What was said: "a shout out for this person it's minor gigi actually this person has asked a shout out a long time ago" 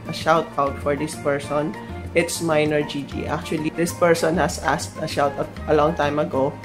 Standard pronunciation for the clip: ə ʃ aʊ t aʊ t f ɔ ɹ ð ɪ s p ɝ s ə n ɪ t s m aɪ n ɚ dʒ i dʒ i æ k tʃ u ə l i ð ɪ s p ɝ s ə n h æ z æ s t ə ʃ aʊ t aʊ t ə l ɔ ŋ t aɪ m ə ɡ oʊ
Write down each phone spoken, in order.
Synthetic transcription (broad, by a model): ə ʃ aʊ t aʊ t f ɔ ɹ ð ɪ s p ɝ s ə n ɪ t s m aɪ n ɚ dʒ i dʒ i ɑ k tʃ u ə l i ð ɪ s p ɝ s ə n h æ s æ s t ə ʃ aʊ t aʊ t ə l ɔ ŋ t aɪ m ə ɡ oʊ